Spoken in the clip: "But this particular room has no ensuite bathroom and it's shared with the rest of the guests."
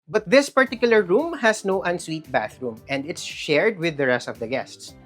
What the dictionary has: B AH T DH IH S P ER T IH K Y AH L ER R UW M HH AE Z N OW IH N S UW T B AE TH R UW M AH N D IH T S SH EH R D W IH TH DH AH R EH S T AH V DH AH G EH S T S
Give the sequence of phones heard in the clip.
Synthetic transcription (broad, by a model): B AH T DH IH S P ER T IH K Y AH L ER R UW M HH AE S N OW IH N S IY T B AE TH R UW M AH N D IH T S SH EH R D W IH DH AH R EH S T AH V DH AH G EH S T S